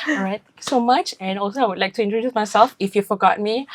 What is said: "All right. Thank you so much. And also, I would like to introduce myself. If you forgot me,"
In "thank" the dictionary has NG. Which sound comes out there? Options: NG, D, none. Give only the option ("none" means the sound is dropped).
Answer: none